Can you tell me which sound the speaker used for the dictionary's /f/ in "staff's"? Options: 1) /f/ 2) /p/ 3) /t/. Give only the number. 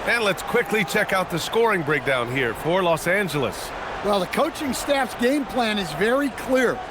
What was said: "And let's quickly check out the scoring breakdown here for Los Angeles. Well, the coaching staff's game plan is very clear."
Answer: 1